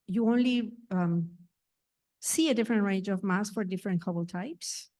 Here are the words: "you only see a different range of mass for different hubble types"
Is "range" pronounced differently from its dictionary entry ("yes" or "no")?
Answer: no